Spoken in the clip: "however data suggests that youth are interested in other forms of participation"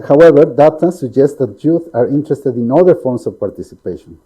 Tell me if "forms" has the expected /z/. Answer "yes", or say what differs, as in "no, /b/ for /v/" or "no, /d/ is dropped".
no, /s/ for /z/